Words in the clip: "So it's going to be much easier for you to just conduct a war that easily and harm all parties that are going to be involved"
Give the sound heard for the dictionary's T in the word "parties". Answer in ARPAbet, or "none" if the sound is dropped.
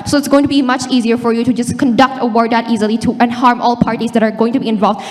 T